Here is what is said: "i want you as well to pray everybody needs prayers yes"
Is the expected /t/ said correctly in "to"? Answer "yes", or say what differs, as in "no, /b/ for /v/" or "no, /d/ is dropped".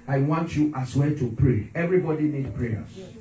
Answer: yes